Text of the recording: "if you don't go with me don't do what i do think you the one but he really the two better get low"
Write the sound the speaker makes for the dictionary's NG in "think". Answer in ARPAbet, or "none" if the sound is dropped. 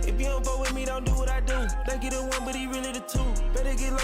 none